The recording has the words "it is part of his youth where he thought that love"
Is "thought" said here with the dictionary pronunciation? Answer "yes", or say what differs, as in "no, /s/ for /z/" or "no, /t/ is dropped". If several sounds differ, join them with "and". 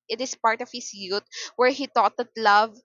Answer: no, /t/ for /θ/